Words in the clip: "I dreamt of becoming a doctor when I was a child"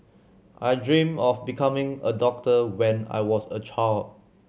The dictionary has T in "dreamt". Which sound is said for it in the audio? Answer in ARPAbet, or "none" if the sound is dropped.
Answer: none